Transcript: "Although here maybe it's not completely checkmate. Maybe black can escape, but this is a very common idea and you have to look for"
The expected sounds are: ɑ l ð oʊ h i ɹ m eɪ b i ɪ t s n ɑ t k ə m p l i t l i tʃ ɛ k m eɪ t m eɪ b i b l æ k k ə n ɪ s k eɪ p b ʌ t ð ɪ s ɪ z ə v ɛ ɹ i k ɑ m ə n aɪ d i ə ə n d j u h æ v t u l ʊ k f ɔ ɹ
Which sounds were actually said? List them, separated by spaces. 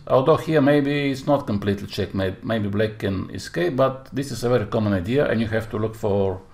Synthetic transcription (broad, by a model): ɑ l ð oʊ h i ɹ m eɪ b i ɪ t s n ɑ t k ə m p l i t l i tʃ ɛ k m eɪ m eɪ b i b l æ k k ə n ɪ s k eɪ p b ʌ t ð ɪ s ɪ s ə v ɛ ɹ i k ɑ m ə n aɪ d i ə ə n j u h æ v t u l ʊ k f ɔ ɹ